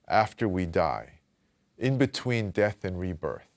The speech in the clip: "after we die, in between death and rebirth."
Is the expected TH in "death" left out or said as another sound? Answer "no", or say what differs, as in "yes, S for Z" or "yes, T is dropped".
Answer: no